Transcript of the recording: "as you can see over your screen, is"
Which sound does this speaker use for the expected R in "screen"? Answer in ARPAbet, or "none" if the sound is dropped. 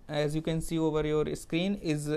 R